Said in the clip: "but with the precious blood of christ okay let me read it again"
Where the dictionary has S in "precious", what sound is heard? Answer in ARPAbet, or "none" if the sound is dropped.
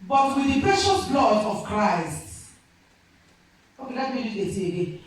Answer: S